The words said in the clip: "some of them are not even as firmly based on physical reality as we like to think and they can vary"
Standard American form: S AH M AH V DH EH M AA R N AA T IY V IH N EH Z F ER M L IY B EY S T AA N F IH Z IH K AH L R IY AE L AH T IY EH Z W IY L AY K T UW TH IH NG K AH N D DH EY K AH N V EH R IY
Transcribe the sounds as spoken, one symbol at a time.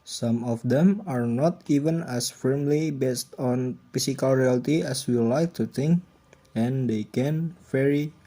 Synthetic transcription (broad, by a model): S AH M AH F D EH M AA R N AA T IY V IH N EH S F ER M L IY B EY S T AA N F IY S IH K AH L R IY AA L T IY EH S W IY L AY K T UW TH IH NG K AH N D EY K AH N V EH R IY